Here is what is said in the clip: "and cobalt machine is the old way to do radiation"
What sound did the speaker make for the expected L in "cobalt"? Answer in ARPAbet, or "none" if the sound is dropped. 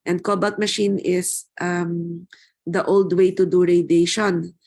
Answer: none